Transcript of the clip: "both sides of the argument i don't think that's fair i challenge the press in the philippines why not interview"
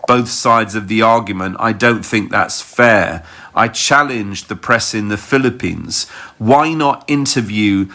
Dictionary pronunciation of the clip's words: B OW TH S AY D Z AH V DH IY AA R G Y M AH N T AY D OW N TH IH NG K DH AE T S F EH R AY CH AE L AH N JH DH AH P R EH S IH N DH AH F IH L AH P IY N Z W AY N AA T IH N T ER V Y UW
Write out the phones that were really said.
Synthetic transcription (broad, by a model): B OW TH S AY D Z AH V DH IY AA R G Y M AH N T AY D OW N TH IH NG K DH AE T S F EH R AY CH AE L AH N JH DH AH P R EH S IH N DH AH F IH L AH P IY N Z W AY N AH T IH N T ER V Y UW